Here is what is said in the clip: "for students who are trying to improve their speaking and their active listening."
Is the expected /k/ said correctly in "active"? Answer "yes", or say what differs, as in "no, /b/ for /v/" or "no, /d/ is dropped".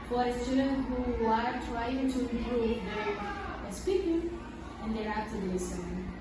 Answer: no, /k/ is dropped